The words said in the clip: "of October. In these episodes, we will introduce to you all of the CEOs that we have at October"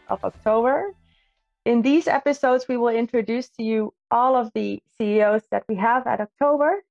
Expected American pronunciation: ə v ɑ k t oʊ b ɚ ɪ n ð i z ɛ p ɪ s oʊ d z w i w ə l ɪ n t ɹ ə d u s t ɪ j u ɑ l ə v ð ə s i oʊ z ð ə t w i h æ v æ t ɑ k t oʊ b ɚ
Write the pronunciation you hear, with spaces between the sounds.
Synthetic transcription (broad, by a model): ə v ɑ k t oʊ b ɚ ɪ n ð i z ɛ p ɪ s oʊ d z w i w ə l ɪ n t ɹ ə d u s t ɪ j u ɑ l ə v ð ə s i oʊ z ð ə t w i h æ v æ t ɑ k t oʊ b ɚ